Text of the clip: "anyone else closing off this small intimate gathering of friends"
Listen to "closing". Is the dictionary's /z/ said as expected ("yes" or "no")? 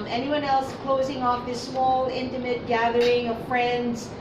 yes